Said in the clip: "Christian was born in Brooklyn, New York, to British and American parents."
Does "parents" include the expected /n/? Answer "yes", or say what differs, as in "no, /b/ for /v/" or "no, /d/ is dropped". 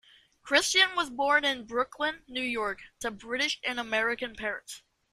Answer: no, /n/ is dropped